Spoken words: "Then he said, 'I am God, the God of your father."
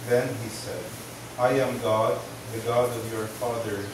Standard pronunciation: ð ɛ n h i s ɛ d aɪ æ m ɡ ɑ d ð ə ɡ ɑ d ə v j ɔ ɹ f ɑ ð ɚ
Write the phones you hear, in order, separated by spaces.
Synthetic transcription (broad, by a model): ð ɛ n h i s ɛ d aɪ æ m ɡ ɑ d ð ə ɡ ɑ d ə v j ɔ ɹ f ɑ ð ɚ